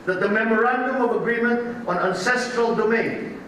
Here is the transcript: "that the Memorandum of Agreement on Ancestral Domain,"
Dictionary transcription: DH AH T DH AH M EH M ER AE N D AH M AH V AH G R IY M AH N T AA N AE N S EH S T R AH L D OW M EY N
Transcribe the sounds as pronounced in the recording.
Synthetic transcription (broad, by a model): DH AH T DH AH M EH M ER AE N D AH M AH V AH G R IY M AH N T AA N AE N S EH S T R AH L D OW M EY N